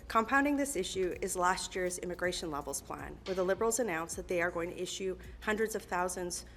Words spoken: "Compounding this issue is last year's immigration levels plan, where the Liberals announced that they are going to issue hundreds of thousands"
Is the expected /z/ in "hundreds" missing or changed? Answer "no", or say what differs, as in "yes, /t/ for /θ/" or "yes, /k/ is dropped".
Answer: no